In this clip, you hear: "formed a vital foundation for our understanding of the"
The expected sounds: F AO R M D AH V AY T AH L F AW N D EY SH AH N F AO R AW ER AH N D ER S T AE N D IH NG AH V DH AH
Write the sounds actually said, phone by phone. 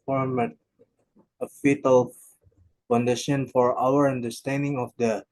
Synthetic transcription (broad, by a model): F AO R M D AH F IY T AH L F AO N D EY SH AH N F AO R AW ER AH N D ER S T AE N D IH NG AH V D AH